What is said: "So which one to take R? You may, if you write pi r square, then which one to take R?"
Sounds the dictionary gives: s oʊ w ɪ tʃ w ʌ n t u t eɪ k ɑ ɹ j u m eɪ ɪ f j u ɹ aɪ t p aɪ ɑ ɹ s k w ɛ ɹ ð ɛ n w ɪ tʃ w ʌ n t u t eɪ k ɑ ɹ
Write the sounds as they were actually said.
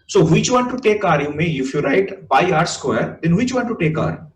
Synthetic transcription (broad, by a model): s oʊ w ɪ tʃ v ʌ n t u t eɪ k ɑ ɹ j u m eɪ ɪ f j u ɹ aɪ t b aɪ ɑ ɹ s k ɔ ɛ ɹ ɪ n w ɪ tʃ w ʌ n t u t eɪ k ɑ ɹ